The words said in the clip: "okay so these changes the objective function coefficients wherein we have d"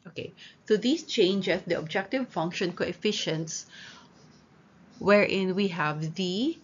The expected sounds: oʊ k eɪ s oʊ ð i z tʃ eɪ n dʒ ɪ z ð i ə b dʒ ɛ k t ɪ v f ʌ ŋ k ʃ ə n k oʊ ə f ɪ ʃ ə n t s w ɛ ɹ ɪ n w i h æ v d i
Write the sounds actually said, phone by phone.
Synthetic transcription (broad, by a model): oʊ k eɪ s oʊ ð i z tʃ eɪ n dʒ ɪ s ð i ə b dʒ ɛ k t ɪ v f ʌ ŋ k ʃ ə n k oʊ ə f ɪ ʃ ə n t s w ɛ ɹ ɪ n w i h æ v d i